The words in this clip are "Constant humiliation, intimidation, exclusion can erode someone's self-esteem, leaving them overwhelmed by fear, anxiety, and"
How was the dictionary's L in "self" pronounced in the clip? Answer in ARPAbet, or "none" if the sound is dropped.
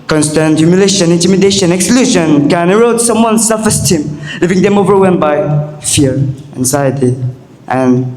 none